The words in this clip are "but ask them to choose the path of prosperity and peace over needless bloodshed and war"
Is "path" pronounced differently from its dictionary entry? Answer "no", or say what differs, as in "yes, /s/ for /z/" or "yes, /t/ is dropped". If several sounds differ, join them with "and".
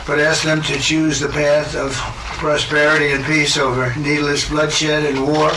no